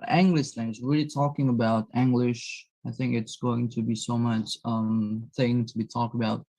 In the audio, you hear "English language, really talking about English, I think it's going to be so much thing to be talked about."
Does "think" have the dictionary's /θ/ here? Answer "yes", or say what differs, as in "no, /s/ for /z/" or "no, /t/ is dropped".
yes